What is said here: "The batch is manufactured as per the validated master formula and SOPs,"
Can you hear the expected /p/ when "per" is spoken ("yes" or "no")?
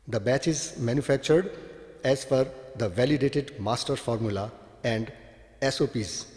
no